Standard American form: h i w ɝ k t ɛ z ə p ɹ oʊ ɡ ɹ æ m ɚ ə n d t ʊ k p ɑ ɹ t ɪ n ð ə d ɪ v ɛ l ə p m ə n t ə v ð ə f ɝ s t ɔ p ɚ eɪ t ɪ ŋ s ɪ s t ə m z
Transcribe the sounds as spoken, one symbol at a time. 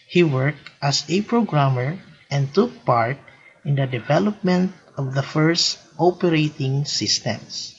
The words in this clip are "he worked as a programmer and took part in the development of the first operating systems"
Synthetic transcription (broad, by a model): h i w ɝ k t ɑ s ə p ɹ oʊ ɡ ɹ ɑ m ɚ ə n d t ʊ k p ɑ ɹ t ɪ n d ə d ɪ v ɛ l ə p m ə n t ə v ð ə f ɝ s t ɔ p ɚ eɪ t ɪ ŋ s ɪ s t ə m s